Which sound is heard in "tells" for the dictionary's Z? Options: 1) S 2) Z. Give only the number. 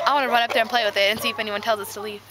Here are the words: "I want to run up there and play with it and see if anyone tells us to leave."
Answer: 2